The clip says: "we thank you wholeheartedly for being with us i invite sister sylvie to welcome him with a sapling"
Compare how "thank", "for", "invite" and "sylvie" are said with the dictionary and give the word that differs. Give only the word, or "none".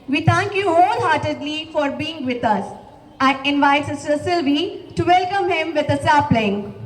thank